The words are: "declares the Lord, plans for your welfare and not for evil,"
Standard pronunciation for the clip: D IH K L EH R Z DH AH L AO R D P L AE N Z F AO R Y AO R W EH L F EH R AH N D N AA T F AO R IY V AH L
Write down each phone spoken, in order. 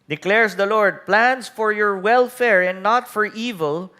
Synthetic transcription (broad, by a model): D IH K L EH R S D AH L AO R D P L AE N S F AO R Y AO R W EH L F EH R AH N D N AA T F AO R IY V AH L